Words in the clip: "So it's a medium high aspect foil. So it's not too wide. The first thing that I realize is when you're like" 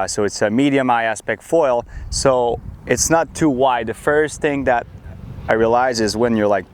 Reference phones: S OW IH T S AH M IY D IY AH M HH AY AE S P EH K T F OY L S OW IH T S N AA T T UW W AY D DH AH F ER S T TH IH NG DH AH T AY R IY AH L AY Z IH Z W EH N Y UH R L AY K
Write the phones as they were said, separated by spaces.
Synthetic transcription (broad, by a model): S OW IH T S AH M IY D IY AH M AY AE S P EH K T F OY L S OW IH T S N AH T T UW W AY D DH AH F ER S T TH IH NG DH AH T AY R IY AH L AY Z IH Z W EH N Y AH R L AY K